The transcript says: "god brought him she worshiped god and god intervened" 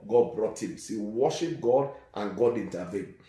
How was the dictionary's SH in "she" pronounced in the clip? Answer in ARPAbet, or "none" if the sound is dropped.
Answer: S